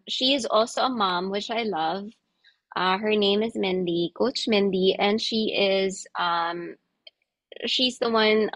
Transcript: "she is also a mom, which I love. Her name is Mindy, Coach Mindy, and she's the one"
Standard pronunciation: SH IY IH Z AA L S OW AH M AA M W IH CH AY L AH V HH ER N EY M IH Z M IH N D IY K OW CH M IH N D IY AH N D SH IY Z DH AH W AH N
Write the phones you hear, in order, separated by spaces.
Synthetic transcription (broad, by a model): SH IY IH Z AA L S OW AH M AA M W IH CH AY L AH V HH ER N EY M IH Z M IH N D IY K OW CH M IH N D IY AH N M SH IY Z DH AH W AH N